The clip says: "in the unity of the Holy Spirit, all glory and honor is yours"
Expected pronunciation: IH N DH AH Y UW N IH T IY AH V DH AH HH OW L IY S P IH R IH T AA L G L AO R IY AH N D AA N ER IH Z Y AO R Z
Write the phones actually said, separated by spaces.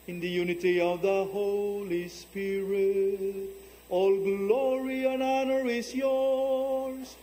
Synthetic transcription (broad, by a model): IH N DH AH Y UW N IH T IY AH V DH AH HH OW L IY S P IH R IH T AA L G L AO R IY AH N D AA N ER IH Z Y AO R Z